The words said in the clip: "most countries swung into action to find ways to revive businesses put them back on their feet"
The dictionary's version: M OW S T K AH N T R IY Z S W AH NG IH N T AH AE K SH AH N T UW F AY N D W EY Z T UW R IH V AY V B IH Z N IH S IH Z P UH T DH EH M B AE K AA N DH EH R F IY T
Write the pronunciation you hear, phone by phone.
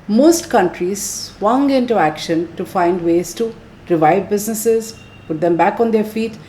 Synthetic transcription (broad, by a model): M OW S T K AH N T R IY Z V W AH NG IH N T AH AE K SH AH N T UW F AY N D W EY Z T UW R IH V AY V B IH Z N IH S IH Z P UH T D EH M B AE K AA N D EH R F IY T